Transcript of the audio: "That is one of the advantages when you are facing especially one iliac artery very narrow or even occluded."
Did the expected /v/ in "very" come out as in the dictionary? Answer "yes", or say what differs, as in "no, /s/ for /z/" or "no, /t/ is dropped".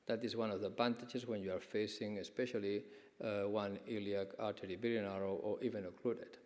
no, /b/ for /v/